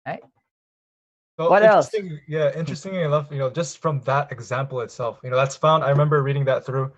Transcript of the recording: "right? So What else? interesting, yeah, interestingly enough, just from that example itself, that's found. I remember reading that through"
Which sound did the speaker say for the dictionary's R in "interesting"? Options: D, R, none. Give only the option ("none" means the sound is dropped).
none